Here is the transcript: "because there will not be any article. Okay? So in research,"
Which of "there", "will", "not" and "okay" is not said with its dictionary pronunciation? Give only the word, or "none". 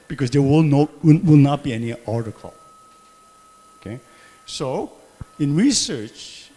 there